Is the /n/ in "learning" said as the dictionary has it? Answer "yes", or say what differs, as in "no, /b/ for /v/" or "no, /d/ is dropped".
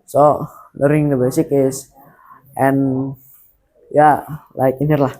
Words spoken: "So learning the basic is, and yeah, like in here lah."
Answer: no, /n/ is dropped